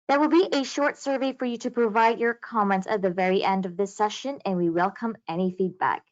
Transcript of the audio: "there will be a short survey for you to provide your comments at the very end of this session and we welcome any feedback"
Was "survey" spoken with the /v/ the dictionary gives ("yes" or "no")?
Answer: yes